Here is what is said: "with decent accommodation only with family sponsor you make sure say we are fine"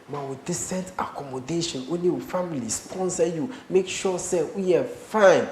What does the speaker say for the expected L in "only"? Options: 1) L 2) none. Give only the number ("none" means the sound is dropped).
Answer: 2